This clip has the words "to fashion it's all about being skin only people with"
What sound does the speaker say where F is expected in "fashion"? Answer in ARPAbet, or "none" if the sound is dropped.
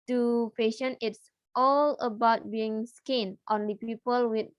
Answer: P